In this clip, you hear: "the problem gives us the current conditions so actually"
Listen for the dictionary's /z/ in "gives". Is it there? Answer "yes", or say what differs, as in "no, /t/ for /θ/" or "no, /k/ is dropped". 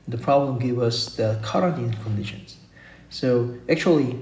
no, /z/ is dropped